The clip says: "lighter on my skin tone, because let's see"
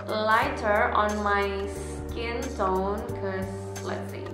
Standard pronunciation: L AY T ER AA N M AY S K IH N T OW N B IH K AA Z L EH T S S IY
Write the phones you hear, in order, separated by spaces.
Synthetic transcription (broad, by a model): L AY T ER AA N M AY S K IH N S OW N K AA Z L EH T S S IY